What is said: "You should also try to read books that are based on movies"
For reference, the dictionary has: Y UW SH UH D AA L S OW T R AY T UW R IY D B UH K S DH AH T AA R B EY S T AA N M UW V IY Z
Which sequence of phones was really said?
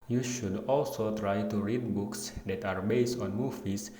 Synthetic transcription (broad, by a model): Y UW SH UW D AA L S OW T R AY T UW R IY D B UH K S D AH T AA R B EY S T AA N M UW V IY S